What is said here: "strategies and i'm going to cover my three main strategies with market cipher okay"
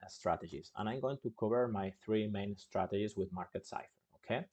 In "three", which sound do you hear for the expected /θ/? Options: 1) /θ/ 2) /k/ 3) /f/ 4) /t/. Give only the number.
1